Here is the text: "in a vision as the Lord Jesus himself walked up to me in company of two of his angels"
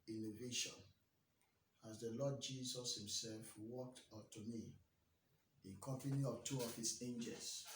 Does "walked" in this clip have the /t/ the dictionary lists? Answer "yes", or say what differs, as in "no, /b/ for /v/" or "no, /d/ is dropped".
yes